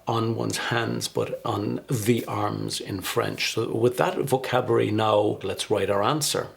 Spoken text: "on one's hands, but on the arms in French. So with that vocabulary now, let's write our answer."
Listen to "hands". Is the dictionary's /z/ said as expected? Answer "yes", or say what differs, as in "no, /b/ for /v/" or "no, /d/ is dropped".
yes